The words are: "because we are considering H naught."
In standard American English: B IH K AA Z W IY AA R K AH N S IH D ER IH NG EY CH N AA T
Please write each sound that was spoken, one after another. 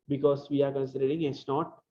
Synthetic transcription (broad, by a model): B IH K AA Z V IY AA R K AH N S IH D ER IH NG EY S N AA T